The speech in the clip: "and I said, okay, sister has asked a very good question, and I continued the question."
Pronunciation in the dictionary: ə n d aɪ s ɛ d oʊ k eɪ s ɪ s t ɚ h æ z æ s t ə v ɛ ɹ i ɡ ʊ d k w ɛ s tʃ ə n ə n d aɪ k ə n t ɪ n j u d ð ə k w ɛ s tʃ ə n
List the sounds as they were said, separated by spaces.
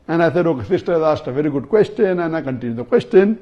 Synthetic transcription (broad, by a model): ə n aɪ θ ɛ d oʊ k eɪ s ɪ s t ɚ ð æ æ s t ə v ɛ ɹ i ɡ ʊ d k w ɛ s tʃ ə n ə n aɪ k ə n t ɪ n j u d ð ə k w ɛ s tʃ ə n